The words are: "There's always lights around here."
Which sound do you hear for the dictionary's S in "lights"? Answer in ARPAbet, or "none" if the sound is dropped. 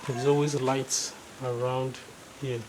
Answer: S